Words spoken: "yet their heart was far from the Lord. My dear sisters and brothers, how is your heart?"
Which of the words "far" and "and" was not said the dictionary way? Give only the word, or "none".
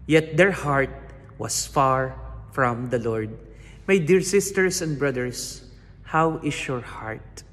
none